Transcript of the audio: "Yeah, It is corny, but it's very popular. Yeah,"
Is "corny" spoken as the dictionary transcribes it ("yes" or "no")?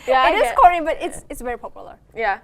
no